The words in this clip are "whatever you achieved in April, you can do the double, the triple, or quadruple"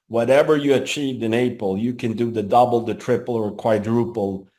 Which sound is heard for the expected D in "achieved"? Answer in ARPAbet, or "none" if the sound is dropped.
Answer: D